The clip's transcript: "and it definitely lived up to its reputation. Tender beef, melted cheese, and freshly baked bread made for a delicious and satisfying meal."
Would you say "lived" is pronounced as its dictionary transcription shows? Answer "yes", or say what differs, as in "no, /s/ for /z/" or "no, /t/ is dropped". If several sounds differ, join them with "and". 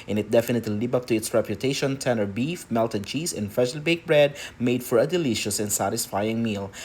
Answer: no, /d/ is dropped